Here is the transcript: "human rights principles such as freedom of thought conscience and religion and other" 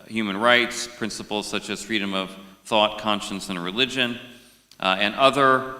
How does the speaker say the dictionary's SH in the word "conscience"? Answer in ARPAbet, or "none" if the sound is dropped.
SH